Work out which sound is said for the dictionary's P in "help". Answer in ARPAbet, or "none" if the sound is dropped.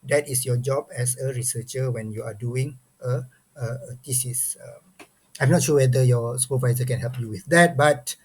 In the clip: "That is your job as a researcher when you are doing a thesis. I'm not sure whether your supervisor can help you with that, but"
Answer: P